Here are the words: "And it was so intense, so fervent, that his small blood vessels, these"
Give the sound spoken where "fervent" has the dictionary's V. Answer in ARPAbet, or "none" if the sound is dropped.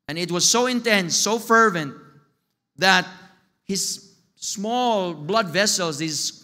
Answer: V